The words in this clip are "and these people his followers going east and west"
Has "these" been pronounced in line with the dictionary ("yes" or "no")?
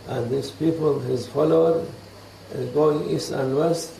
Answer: no